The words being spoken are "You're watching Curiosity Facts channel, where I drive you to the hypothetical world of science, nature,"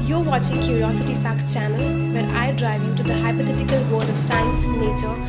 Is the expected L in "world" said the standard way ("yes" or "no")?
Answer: no